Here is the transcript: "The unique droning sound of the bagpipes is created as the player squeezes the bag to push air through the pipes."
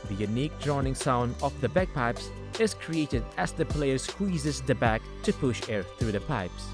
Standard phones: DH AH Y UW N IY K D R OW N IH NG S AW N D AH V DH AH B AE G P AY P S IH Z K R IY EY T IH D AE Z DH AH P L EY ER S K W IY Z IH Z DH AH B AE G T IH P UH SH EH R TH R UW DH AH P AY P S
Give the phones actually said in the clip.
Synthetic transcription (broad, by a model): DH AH Y UW N IY K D R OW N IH NG S AW N D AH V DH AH B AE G P AY P S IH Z K R IY EY T IH D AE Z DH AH P L EY ER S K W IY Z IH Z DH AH B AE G T IH P UH SH EH R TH R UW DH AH P AY P S